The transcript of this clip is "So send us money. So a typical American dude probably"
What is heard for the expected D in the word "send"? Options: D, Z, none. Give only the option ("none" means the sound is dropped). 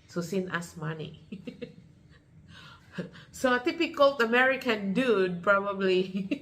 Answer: none